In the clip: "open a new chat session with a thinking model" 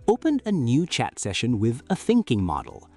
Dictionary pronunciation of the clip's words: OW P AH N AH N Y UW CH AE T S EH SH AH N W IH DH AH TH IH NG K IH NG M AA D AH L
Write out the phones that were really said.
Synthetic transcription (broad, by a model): OW P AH N AH N Y UW CH AE T S EH SH AH N W IH DH AH TH IH NG K IH NG M AA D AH L